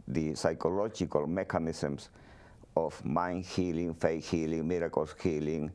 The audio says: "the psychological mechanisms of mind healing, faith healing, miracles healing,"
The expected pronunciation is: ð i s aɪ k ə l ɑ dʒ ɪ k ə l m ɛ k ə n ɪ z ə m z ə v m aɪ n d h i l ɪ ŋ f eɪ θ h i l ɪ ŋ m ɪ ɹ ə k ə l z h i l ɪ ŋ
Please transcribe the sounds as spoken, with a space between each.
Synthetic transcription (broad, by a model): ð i s aɪ k ə l ɑ dʒ ɪ k ə l m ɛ k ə n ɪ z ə m s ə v m aɪ n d h i l ɪ ŋ f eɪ h i l ɪ ŋ m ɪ ɹ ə k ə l s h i l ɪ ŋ